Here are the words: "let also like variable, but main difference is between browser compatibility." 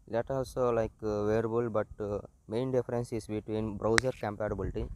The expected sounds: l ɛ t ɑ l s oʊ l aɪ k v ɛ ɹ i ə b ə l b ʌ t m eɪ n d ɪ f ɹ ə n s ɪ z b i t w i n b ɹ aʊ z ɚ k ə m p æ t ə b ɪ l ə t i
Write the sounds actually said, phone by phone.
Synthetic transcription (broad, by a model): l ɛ t ɑ l s oʊ l aɪ k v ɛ ɹ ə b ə l b ʌ t m eɪ n d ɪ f ɹ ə n s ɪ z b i t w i n b ɹ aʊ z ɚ k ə m p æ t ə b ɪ l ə t i